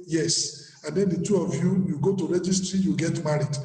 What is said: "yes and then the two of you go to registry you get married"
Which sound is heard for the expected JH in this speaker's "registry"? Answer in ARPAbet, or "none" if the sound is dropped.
JH